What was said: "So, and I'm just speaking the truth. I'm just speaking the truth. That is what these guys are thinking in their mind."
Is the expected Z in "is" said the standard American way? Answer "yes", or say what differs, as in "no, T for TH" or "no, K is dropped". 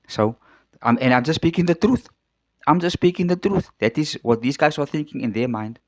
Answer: yes